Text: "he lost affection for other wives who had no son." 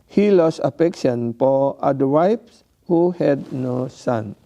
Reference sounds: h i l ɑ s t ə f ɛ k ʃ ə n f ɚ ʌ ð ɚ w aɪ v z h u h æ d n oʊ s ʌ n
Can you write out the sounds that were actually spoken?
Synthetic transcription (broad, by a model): h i l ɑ s ə f ɛ k ʃ ə n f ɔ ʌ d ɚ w aɪ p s h u h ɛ d n oʊ s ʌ n